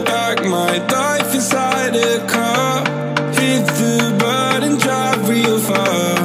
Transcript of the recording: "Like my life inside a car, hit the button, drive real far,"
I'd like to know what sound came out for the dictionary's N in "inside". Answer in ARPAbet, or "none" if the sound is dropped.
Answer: none